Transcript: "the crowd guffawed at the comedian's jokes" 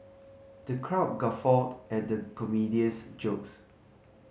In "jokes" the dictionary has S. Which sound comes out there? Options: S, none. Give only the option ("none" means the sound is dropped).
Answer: S